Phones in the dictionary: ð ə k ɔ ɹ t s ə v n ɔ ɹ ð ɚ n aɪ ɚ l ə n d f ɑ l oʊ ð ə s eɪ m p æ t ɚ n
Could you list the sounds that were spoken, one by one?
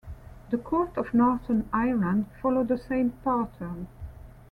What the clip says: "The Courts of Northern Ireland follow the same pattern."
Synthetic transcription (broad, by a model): ð ə k ɔ ɹ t ə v n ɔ ɹ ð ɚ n aɪ ɚ l ə n d f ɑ l oʊ ð ə s eɪ m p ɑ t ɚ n